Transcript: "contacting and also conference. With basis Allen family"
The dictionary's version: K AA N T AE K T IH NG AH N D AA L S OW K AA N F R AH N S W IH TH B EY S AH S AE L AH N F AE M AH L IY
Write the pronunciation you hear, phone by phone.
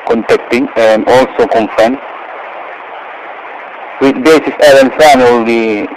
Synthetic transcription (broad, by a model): K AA N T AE K T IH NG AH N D AA L S OW K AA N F AH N W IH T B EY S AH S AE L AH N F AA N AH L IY